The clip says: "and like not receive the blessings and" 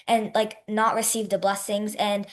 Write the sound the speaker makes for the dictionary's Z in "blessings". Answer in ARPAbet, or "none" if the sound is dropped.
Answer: Z